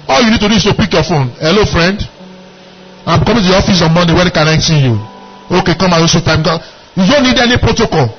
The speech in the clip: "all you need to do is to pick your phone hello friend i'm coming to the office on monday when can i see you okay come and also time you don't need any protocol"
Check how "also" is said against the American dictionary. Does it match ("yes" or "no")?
no